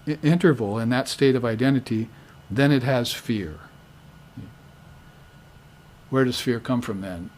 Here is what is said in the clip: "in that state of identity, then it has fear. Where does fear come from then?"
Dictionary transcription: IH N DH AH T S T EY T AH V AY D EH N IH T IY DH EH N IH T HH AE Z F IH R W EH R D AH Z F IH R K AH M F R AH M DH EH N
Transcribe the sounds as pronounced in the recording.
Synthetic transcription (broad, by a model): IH N DH AH T S T EY T AH V AY D EH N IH T IY DH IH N IH T HH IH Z F IH R W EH R D AH Z F IH R K AH M F R AH M DH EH N